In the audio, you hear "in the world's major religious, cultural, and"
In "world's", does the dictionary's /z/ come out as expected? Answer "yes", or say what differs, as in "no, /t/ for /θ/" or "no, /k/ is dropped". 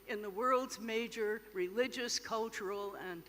yes